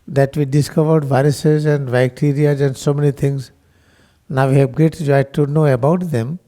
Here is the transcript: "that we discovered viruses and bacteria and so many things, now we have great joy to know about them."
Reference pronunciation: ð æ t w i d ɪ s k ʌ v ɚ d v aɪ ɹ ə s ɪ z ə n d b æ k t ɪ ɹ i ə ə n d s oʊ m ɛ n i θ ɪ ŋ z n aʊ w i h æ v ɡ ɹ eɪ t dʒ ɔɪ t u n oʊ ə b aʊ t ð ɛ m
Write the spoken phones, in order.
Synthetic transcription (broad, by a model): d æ t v i d ɪ s k ʌ v ɚ d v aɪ ɹ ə s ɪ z ə n d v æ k t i ɹ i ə ə n d s oʊ m ɛ n i t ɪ ŋ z n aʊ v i h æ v ɡ eɪ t dʒ ɔɪ t u n oʊ ə b aʊ t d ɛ m